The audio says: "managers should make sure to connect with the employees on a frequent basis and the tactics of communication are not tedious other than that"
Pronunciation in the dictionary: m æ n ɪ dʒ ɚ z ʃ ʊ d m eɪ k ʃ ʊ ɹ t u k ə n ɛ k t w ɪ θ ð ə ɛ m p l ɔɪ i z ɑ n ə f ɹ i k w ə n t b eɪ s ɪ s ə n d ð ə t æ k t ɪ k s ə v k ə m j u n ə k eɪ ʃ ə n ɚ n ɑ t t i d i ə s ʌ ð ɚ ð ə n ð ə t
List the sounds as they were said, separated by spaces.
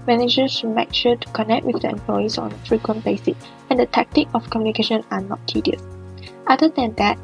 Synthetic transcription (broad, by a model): m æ n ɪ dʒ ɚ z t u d m eɪ k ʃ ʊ t u k ə n ɛ k t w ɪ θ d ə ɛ m p l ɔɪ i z ɑ n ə f ɹ i k w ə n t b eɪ s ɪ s ə n d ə t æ k t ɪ k ə f k ə m j u n ə k eɪ ʃ ə n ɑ n ɑ t t i d i ə s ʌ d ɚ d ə n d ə t